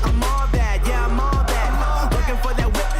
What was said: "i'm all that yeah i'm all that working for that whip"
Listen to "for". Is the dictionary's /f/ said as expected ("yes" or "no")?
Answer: yes